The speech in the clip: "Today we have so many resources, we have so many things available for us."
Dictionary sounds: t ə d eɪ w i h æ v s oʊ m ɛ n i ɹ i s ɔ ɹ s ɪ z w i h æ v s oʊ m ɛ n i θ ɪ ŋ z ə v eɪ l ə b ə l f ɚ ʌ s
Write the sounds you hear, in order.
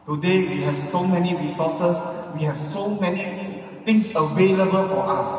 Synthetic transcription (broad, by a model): t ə d eɪ w i h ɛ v s oʊ m ɛ n i ɹ i s ɔ s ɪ s w i h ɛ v s oʊ m ɛ n i t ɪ ŋ s ə v eɪ l ə b ə l f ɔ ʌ s